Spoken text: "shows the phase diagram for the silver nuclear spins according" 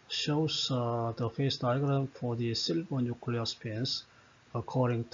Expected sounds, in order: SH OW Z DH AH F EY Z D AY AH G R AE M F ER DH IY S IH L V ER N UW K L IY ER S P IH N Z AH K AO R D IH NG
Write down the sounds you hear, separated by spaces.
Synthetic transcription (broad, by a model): SH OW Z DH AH F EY S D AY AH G R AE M F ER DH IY S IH L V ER N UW K L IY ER S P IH N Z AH K AO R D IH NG